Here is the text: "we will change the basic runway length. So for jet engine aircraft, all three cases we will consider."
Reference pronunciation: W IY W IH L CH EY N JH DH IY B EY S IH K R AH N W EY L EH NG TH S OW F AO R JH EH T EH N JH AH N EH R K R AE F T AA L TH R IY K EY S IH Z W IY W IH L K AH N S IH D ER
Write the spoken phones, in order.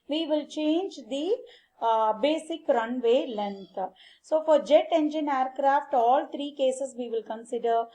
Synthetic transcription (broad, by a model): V IY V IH L CH EY N JH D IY B EY S IH K R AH N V EY L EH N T S OW F AO R JH EH T EH N JH AH N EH R K R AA F T AA L T R IY K EY S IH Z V IY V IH L K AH N S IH D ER